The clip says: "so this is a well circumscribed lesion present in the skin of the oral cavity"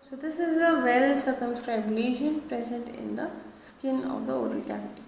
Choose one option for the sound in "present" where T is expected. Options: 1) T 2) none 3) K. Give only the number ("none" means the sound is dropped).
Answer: 1